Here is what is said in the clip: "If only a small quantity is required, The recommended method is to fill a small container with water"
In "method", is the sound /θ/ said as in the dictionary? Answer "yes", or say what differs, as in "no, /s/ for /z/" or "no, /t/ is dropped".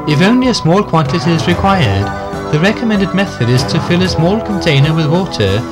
yes